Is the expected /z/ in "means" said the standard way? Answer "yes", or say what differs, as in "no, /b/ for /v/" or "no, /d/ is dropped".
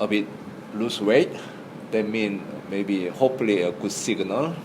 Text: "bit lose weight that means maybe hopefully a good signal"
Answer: no, /z/ is dropped